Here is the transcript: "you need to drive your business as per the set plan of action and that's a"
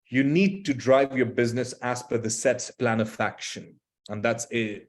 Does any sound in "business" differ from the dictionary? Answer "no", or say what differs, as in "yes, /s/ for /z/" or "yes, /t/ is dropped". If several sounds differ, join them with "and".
no